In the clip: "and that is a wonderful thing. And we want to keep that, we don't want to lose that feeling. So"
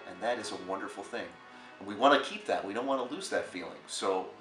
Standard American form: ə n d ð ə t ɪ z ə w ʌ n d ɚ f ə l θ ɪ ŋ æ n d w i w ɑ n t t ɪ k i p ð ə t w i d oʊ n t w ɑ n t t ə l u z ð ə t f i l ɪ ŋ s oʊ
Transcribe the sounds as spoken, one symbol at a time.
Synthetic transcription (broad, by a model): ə n ð ə t ɪ z ə w ʌ n d ɚ f l θ ɪ ŋ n w i w ɑ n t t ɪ k i p ð ə t w i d oʊ n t w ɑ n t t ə l u z ð ə t f i l ɪ ŋ s oʊ